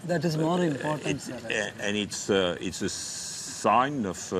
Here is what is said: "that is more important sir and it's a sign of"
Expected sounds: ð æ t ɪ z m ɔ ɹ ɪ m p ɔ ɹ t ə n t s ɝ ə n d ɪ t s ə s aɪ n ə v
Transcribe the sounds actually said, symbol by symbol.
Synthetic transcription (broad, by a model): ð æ t ɪ z m ɔ ɹ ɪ m p ɔ ɹ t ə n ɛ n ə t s ɪ t s ə s aɪ n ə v